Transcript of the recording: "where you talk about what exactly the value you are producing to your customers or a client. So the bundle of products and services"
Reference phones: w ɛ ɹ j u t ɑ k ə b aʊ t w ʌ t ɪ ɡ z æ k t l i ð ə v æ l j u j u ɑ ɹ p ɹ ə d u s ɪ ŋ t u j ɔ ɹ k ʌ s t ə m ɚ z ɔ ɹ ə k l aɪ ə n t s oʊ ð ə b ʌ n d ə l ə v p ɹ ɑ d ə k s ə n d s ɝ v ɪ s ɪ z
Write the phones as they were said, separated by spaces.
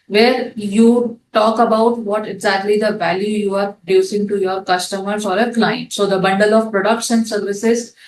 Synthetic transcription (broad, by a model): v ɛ ɹ j u t ɑ k ə b aʊ t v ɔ t ɪ ɡ z æ k t l i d ə v æ l j u j u ɑ ɹ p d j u s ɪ ŋ t u j ɔ ɹ k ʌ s t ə m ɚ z ɔ ɹ ə k l aɪ ə n t s oʊ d ə b ʌ n d ə l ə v p ɹ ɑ d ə k ʃ ə n s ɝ v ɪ s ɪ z